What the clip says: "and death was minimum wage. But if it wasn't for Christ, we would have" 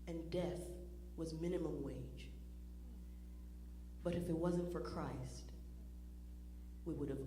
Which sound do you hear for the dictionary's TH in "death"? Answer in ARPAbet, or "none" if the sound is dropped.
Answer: TH